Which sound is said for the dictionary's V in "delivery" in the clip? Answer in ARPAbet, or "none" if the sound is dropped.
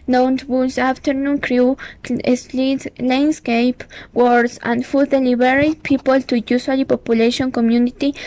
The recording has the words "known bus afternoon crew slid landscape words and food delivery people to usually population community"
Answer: B